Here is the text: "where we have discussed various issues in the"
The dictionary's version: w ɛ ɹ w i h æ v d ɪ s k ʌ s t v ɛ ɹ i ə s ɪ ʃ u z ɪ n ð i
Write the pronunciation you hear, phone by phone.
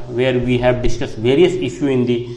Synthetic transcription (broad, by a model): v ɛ ɹ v i h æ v d ɪ s k ʌ s t v ɛ ɹ i ə s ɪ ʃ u ɪ n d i